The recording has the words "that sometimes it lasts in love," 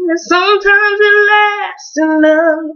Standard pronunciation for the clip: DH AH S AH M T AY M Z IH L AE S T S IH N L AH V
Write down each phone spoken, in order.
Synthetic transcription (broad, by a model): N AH S AH M T AY M Z IH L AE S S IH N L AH